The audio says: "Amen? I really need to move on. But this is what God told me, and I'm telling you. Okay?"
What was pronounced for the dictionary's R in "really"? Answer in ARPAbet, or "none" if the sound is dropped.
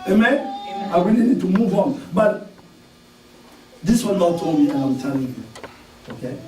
W